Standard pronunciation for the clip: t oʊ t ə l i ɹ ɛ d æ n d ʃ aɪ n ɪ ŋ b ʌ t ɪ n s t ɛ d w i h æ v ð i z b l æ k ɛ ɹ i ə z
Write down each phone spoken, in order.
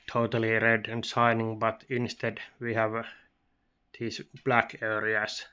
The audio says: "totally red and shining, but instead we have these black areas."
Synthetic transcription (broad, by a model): t oʊ t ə l i ɹ ɛ d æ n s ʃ aɪ n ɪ ŋ b ʌ t ɪ n s t ɛ d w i h æ v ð i s b l æ k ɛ ɹ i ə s